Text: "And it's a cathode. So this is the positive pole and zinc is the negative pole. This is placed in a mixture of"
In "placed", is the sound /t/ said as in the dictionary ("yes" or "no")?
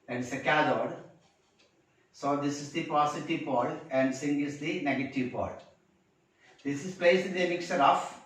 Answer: no